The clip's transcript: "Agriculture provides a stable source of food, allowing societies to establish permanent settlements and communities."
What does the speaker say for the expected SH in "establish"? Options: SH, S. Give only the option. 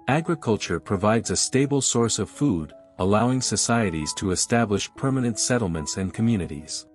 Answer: SH